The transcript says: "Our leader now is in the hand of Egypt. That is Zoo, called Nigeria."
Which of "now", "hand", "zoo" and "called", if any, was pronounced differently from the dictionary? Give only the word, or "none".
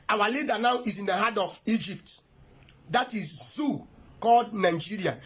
hand